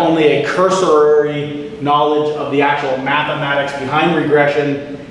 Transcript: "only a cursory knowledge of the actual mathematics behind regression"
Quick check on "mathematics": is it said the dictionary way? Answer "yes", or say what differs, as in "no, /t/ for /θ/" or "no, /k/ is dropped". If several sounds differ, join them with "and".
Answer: yes